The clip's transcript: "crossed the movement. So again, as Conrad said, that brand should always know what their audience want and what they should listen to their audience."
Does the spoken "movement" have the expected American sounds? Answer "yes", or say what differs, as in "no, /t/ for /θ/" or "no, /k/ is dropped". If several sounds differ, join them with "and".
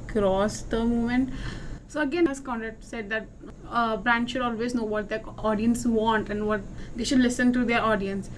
no, /v/ is dropped